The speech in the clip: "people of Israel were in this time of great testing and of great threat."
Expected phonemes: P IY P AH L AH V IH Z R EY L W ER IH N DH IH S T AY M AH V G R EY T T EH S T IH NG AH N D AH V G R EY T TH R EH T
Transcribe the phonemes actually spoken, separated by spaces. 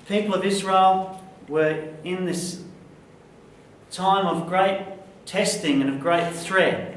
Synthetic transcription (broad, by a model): P IY P L AH V IH Z R EY L W ER IH N DH IH S T AY M AH V G R EY T T EH S T IH NG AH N AH V G R EY T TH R EH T